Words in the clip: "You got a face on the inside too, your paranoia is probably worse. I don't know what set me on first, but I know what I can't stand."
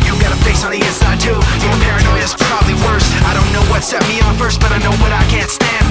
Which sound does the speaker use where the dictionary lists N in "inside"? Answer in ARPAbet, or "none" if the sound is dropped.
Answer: none